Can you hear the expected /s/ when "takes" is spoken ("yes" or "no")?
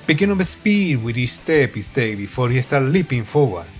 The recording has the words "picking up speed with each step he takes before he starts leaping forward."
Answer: no